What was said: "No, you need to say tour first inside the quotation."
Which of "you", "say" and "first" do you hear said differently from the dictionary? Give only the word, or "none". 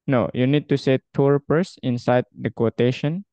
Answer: first